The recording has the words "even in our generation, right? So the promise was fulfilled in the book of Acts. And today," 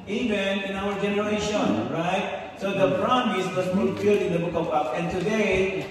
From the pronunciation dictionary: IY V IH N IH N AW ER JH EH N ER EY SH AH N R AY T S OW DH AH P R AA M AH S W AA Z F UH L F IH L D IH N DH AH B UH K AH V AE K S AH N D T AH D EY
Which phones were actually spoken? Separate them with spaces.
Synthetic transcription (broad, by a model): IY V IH N IH N AW ER JH EH N ER EY SH AH N R AY T S OW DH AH B R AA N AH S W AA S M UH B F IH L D IH N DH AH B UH K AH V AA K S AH N T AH D EY